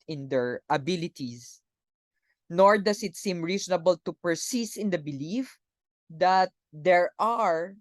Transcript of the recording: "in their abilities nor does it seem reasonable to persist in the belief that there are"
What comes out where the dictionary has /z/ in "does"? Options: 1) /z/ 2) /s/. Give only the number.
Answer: 2